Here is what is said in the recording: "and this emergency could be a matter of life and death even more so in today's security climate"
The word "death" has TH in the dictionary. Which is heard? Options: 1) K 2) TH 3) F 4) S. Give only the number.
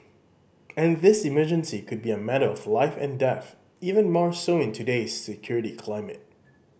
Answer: 2